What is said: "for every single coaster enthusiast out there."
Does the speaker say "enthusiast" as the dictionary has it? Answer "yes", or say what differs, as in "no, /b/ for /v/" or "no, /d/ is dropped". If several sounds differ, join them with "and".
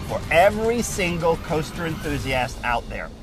yes